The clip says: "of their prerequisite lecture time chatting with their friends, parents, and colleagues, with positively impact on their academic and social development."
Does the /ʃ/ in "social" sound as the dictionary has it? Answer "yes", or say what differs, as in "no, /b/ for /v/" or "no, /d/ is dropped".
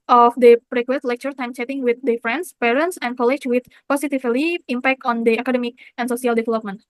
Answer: no, /s/ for /ʃ/